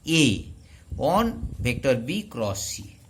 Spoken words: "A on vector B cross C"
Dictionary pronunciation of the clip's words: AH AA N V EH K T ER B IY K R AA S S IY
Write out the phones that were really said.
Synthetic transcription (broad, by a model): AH AA N B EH K T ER B IY K R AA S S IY